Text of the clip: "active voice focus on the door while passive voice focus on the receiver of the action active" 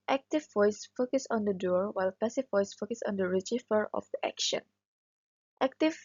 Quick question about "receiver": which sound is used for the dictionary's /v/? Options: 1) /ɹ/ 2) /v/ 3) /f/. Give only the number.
3